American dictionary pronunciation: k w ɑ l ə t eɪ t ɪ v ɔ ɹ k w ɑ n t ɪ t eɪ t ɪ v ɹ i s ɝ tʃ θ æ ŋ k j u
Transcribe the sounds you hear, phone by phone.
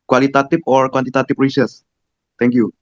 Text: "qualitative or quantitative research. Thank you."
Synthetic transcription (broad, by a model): k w ɑ l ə t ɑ t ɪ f ɔ ɹ k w ɑ n t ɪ t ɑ t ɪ p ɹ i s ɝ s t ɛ ŋ k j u